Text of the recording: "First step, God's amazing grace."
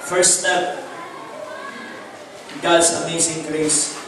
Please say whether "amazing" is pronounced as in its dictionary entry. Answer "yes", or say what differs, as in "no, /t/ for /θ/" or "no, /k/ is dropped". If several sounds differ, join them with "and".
no, /s/ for /z/